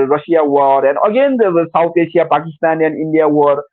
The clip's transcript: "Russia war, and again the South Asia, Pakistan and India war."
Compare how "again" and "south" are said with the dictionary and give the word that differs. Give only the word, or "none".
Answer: south